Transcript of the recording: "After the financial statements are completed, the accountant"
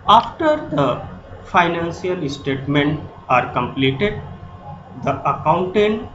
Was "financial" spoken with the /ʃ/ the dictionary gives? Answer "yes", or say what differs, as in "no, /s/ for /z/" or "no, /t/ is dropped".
no, /s/ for /ʃ/